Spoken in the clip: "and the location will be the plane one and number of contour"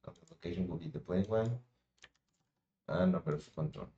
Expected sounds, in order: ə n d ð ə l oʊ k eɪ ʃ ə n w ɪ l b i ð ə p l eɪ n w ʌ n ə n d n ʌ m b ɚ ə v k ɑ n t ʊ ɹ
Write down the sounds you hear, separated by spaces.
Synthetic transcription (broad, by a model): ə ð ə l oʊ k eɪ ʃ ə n w ɪ l b i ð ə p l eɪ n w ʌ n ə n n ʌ b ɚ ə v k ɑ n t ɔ